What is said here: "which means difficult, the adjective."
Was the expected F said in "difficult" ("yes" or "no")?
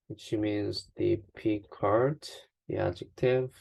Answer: no